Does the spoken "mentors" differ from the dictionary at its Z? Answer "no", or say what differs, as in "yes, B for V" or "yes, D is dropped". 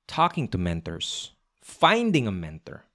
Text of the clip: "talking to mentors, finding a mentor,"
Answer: yes, S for Z